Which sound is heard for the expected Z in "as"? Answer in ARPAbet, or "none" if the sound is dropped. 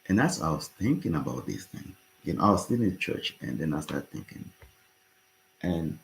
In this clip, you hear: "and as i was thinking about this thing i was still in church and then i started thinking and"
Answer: S